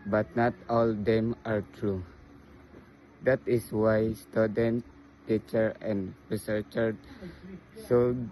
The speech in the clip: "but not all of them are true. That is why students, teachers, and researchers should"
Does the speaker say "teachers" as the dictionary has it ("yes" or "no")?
no